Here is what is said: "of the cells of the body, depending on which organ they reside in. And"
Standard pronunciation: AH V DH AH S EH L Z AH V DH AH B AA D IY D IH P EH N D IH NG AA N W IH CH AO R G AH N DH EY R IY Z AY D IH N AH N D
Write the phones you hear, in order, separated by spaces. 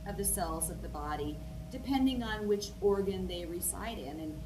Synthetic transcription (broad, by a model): AH V DH AH S EH L Z AH V DH AH B AA D IY D IH P EH N D IH NG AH N W IH CH AO R G AH N DH EY R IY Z AY D IH N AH N